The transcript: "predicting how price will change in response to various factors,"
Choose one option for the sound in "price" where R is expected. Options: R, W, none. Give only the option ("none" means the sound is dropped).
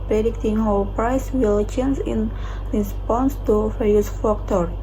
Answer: R